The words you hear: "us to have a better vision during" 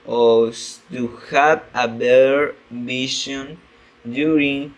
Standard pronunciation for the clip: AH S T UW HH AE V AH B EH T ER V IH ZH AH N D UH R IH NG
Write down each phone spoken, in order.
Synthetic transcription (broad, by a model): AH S T UW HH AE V AH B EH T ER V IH SH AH N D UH R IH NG